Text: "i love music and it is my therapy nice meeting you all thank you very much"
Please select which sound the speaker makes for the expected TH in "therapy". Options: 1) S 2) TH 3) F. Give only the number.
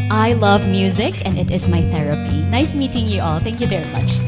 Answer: 2